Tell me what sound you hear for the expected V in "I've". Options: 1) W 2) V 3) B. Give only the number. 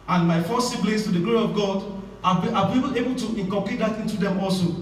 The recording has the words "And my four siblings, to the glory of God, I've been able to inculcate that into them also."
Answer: 3